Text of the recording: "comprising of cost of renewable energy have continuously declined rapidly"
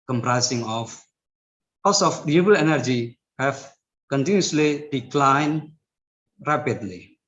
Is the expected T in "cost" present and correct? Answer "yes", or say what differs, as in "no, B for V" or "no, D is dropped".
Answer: no, T is dropped